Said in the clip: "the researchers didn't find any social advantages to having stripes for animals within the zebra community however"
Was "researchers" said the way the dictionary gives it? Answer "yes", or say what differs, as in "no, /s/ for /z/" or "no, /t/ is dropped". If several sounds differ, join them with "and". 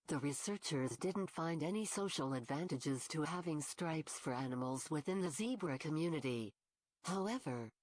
yes